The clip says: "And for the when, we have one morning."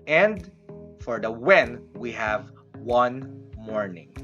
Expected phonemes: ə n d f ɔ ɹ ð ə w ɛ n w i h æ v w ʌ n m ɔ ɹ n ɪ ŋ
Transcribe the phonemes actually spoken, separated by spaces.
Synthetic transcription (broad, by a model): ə n d f ɔ ɹ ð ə w ɛ n w i h æ v w ʌ n m ɔ ɹ n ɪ ŋ